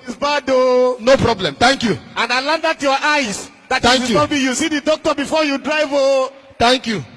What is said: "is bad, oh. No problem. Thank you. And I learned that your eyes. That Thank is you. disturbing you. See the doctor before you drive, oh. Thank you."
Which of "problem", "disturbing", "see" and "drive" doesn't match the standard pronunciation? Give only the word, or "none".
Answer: disturbing